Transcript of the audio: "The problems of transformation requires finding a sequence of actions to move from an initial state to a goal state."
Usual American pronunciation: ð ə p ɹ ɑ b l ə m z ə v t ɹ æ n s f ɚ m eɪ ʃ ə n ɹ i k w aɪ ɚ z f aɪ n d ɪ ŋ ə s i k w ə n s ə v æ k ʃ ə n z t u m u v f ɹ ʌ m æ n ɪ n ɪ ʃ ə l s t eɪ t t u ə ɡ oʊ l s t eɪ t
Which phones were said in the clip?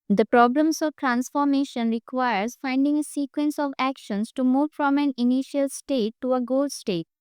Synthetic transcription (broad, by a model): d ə p ɹ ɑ b l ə m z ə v t ɹ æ n s f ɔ m eɪ ʃ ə n ɹ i k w aɪ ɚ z f aɪ n d ɪ ŋ ə s i k w ə n s ə v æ k ʃ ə n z t u m u v f ɹ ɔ m æ n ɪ n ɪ ʃ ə l s t eɪ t t u ə ɡ oʊ l s t eɪ t